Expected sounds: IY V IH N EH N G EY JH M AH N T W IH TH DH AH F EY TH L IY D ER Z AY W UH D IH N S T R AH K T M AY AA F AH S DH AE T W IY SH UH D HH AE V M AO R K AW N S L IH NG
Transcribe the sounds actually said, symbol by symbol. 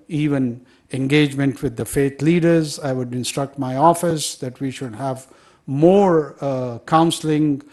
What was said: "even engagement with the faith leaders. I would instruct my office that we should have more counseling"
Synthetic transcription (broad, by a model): IY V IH N EH N G EY JH M AH N T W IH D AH F EY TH L IY D ER Z AY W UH D IH N S T R AH K T M AY AA F AH S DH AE T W IY SH UH D HH AE V M AO R K AW N S L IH NG